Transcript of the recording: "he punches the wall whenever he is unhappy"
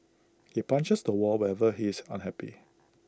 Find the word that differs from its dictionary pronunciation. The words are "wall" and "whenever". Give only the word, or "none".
whenever